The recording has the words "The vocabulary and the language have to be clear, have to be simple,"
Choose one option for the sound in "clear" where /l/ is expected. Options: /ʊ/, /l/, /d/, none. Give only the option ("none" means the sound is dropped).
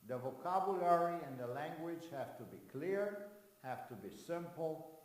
/l/